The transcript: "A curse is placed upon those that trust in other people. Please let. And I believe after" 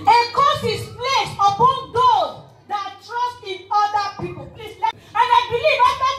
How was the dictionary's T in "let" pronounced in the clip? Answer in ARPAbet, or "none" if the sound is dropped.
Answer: none